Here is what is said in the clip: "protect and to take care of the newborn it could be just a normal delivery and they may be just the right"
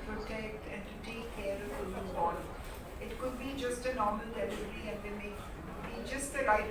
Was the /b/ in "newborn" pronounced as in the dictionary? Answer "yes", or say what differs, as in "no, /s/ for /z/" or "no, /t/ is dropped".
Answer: no, /b/ is dropped